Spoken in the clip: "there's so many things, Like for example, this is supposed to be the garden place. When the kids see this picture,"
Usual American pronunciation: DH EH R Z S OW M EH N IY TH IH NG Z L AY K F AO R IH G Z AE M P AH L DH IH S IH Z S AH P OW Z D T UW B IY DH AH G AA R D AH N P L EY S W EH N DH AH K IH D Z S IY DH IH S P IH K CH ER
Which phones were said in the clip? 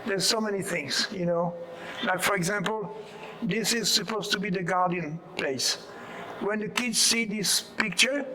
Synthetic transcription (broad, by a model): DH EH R S OW M EH N IY TH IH NG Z L AY K F AO R IH G Z AE M P AH L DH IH S IH Z S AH P OW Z T UW B IY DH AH G AA R D AH N P L EY S W EH N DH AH K IH D Z S IY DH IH S P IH K CH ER